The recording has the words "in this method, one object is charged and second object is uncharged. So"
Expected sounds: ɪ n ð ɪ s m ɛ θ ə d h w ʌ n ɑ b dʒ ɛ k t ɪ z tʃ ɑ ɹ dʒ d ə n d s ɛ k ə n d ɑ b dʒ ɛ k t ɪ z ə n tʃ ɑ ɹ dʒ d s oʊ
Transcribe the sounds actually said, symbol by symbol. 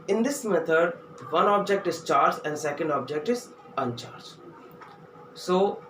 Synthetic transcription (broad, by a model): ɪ n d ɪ s m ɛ t ə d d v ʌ n ɑ b dʒ ɛ k t ɪ z tʃ ɑ ɹ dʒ ə n d s ɛ k ə n d ɑ b dʒ ɛ k t ɪ z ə n tʃ ɑ ɹ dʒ s oʊ